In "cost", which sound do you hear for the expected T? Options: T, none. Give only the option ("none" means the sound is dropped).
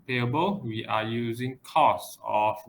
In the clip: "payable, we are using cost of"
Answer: none